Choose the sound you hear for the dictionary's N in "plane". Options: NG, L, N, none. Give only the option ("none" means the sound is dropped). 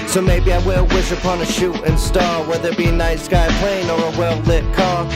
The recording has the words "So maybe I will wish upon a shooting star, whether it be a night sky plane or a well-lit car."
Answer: N